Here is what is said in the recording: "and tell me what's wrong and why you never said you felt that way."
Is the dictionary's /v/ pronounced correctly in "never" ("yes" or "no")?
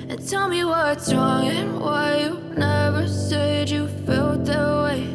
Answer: yes